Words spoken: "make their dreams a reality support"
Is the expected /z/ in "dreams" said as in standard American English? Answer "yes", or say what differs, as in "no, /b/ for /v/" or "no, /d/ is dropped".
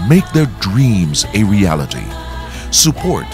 yes